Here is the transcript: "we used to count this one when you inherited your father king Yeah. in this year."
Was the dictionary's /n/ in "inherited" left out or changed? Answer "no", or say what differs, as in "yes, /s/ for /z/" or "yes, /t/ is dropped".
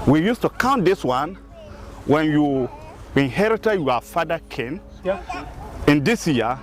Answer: no